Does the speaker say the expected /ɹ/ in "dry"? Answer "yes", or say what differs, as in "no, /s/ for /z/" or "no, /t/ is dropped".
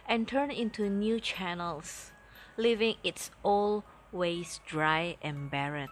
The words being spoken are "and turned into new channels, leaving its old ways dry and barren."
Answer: yes